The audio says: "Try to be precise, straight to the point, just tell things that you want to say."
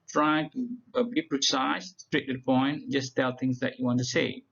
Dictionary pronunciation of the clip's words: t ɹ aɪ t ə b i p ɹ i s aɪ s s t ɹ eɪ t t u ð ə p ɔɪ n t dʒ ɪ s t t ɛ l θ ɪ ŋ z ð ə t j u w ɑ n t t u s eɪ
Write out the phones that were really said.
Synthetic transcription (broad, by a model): t ɹ aɪ t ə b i p ɹ i s aɪ s s t ɹ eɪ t t u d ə p ɔɪ n dʒ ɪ s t t ɛ l t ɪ ŋ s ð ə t j u w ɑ n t t u s eɪ